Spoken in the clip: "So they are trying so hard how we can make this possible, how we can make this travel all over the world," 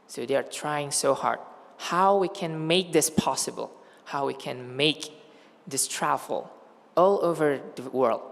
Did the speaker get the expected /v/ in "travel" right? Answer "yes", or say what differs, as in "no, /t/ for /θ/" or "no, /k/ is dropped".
no, /v/ is dropped